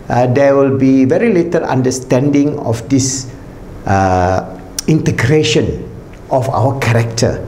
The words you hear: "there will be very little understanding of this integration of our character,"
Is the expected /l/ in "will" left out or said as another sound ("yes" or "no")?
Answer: no